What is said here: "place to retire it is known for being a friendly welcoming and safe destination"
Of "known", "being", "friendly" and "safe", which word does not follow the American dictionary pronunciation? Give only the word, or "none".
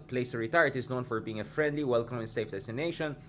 none